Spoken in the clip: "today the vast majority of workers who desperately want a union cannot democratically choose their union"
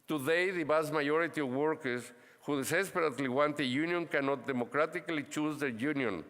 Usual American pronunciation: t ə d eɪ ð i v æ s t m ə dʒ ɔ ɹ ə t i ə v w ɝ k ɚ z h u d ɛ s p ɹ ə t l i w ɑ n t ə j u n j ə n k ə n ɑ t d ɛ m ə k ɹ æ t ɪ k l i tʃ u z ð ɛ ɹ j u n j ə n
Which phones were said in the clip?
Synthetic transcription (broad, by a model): t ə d eɪ ð i b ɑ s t m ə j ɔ ɹ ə t i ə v w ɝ k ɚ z h u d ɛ s p ɹ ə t l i w ɑ n t ə j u n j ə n k ə n ɑ t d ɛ m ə k ɹ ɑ t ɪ k l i tʃ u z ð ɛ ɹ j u n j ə n